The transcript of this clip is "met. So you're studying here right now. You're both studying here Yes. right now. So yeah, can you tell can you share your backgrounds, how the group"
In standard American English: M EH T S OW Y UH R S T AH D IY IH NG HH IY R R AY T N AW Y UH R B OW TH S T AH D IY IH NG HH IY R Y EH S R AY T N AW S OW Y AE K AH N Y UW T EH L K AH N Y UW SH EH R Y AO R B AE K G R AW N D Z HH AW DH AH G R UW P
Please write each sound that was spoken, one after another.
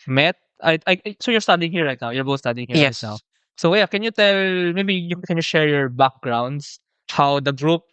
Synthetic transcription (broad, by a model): M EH T S OW Y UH R S T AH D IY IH NG HH IY R R AY T N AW Y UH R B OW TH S T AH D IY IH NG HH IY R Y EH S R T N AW S OW Y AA K AH N Y UW T EH L K AH N Y UW SH EH R Y AO R B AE K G R AW N D S HH AW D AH G R UW P